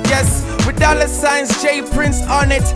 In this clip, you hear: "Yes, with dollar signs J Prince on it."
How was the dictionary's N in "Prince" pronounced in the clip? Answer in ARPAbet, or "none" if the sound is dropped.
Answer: N